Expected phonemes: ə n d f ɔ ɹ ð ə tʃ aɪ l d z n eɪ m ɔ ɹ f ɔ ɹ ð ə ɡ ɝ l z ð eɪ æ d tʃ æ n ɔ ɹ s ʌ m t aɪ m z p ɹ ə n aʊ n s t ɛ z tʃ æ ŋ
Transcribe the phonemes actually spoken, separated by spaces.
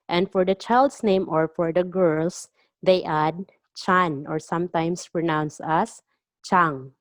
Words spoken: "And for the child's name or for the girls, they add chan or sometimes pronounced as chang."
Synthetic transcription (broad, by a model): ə n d f ɔ ɹ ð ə tʃ aɪ l d s n eɪ m ɔ ɹ f ɔ ɹ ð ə ɡ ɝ l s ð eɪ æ d tʃ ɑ n ɔ ɹ s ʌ m t aɪ m s p ɹ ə n aʊ n s ʌ s tʃ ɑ ŋ